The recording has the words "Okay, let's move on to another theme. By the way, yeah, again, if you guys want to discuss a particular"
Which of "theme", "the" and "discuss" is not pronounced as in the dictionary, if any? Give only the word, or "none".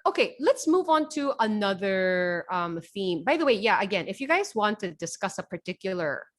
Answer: none